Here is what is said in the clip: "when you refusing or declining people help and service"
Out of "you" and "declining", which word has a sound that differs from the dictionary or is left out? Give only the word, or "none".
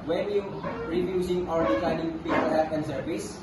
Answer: declining